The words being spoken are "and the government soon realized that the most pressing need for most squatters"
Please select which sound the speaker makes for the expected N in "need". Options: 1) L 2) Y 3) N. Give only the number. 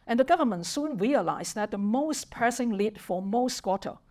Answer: 1